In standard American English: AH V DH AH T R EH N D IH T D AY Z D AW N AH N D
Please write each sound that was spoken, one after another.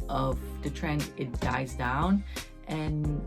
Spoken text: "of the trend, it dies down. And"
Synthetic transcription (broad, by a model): AH V DH AH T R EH N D IH T D AY Z D AW N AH N